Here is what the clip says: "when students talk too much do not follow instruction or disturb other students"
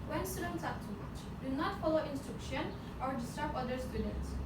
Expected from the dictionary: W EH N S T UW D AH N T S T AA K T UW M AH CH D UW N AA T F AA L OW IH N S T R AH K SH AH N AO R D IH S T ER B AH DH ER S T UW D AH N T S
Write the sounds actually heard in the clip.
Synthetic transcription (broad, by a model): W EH N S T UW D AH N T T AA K T UW M AH CH D UW N AA T F AA L OW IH N S T R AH K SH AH N AO R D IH S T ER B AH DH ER S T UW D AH N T S